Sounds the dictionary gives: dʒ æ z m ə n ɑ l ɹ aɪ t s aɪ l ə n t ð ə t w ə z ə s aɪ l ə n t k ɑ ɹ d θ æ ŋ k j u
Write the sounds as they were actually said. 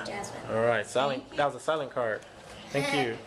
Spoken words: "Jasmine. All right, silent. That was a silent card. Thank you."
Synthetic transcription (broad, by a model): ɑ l ɹ aɪ t s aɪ l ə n ð ə t w ə z ə s aɪ l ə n k ɑ ɹ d θ æ ŋ k j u